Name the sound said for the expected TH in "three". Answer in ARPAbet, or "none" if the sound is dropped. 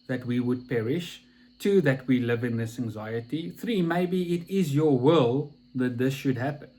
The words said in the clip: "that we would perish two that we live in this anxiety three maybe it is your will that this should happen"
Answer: TH